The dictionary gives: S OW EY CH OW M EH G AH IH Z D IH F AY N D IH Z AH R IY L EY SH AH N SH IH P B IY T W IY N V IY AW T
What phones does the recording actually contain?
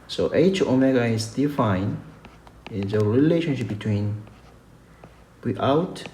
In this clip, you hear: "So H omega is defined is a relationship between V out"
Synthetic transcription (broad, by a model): S OW EY CH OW M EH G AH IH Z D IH F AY N IH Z AH R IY L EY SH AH N SH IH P B IY T W IY N W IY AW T